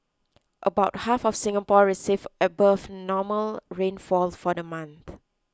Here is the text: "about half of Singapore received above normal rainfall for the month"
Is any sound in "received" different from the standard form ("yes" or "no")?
yes